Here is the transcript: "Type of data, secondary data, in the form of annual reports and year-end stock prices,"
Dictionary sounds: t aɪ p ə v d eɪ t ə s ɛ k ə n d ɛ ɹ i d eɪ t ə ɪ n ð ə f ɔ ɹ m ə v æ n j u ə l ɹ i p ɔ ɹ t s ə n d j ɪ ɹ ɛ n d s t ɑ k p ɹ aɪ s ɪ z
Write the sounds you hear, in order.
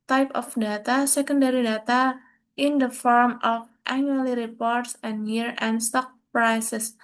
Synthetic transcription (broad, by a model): t aɪ p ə f d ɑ t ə s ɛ k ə n d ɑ ɹ i d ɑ t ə ɪ n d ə f ɔ ɹ m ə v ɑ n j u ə l ɹ i p ɔ ɹ t s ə n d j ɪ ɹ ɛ n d s t ɑ k p ɹ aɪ s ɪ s